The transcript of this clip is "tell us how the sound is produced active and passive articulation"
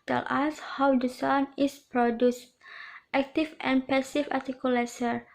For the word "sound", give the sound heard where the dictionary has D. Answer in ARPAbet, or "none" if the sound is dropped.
none